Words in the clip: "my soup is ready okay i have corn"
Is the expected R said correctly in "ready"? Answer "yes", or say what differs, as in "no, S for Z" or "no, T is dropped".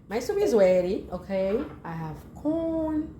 no, W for R